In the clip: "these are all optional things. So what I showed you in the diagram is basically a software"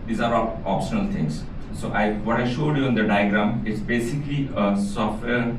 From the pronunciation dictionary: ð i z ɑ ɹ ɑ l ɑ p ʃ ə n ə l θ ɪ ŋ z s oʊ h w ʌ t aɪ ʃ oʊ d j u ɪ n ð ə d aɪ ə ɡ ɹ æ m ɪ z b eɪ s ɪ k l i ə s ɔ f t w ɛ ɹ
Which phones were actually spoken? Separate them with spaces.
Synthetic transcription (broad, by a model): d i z ɑ ɹ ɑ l ɑ p ʃ ə n ə l t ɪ ŋ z s oʊ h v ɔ t aɪ ʃ oʊ d j u ɪ n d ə d aɪ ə ɡ ɹ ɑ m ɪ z b eɪ s ɪ k l i ə s ɔ f t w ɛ ɹ